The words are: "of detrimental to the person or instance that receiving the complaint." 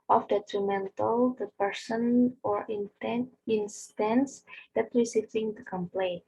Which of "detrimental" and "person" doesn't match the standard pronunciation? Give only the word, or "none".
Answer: none